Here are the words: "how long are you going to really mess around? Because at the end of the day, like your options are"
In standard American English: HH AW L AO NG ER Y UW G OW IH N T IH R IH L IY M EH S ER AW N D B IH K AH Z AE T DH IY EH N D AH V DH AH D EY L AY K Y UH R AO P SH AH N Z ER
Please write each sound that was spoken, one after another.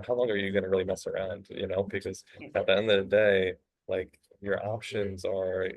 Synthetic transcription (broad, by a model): HH AW L AO NG ER Y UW G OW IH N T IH R IH L IY M EH S ER AW N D B IH K AH Z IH T DH IY EH N D AH V DH AH D EY L AY K Y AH R AO P SH AH N Z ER